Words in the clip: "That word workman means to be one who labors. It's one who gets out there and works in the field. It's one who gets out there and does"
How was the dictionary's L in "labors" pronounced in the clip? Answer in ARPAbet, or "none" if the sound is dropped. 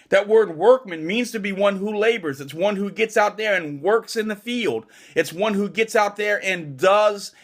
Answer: L